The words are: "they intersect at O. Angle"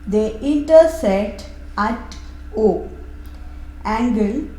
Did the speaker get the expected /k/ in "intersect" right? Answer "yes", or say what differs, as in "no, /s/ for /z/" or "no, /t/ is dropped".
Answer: no, /k/ is dropped